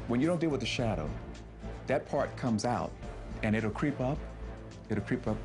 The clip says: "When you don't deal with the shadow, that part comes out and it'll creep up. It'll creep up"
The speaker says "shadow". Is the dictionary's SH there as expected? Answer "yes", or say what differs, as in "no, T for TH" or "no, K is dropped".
yes